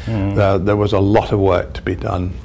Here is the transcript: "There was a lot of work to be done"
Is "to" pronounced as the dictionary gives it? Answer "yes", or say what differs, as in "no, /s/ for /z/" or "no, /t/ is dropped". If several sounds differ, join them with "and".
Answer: yes